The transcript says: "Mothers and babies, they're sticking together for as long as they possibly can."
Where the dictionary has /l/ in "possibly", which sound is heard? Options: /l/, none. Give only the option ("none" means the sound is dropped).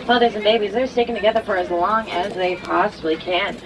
/l/